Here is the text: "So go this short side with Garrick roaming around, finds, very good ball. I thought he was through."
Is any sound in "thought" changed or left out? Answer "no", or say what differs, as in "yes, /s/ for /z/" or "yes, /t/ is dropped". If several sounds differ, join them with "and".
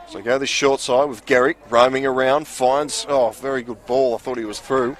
no